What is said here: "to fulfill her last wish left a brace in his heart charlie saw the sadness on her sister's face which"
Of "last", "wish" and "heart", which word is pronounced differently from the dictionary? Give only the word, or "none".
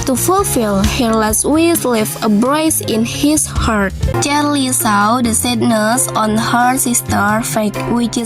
wish